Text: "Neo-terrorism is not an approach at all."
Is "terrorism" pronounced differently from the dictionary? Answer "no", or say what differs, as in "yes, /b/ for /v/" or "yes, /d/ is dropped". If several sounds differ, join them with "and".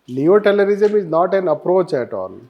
yes, /l/ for /ɹ/